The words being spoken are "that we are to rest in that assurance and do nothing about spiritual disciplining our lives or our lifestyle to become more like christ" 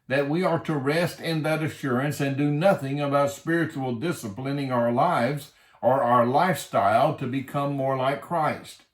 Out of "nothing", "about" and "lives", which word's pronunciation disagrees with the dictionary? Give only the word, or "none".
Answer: none